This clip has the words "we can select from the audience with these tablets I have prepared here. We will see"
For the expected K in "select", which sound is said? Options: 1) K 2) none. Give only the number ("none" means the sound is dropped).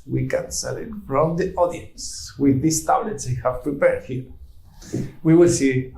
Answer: 2